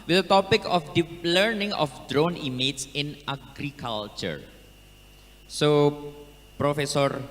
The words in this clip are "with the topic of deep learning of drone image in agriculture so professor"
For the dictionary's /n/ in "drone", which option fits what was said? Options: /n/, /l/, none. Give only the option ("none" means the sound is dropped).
/n/